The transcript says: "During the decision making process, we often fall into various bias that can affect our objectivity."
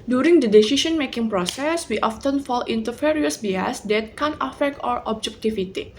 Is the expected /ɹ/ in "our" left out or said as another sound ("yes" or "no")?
no